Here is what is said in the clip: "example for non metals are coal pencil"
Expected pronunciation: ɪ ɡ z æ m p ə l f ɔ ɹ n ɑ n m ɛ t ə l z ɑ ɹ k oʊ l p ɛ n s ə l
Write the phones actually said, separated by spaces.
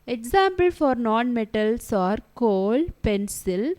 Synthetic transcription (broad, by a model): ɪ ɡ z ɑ m p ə l f ɔ ɹ n ɑ n m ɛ t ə l s ɑ ɹ k oʊ l p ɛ n s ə l